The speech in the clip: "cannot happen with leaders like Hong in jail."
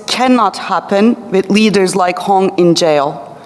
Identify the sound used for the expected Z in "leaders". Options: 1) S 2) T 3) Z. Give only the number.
3